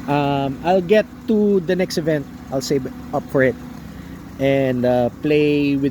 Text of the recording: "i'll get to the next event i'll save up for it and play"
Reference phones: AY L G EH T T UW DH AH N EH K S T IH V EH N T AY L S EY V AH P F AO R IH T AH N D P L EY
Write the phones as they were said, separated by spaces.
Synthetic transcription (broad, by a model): AY L G EH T T UW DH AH N EH K S T IH V EH N T AY L S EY B AH P F AO R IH T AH N D P L EY